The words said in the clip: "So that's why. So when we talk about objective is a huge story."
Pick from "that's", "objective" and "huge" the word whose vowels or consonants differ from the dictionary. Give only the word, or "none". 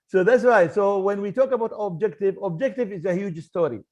none